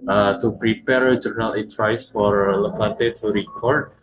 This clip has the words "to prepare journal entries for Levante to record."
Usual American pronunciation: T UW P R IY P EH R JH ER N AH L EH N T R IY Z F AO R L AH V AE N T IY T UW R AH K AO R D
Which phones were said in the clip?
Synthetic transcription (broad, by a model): T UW P R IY P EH R JH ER N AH L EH T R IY S F AO R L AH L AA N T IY T UW R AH K AO R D